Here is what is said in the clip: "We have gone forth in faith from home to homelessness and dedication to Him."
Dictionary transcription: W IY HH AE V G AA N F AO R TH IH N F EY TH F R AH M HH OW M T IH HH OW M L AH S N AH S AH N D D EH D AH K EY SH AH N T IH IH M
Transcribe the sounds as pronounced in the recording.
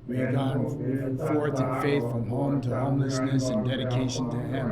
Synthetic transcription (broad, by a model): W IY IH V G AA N F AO R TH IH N F EY TH F R AH M HH OW M T IH HH OW M L AH S N AH S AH N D D EH D AH K EY SH AH N T IH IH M